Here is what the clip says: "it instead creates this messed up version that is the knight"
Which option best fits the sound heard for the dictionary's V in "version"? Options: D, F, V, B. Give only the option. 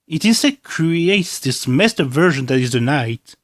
V